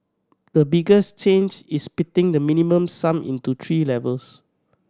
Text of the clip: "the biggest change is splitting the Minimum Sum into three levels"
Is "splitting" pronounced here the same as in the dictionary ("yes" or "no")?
no